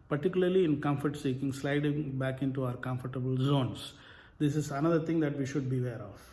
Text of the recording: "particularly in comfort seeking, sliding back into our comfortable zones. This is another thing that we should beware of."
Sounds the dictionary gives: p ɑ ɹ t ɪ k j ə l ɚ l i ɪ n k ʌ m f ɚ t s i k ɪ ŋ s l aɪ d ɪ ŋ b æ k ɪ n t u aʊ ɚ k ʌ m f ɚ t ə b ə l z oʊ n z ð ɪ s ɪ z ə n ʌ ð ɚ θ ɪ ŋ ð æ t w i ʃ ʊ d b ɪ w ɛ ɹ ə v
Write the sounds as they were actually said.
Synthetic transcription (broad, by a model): p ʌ ɹ t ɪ k j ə l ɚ l i ɪ n k ʌ m f ɚ t s i k ɪ ŋ s l aɪ d ɪ ŋ b æ k ɪ n t u aʊ ɚ k ʌ m f ɚ t ə b ə l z oʊ n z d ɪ s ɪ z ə n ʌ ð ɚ t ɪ ŋ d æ t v i ʃ ʊ d b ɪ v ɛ ɹ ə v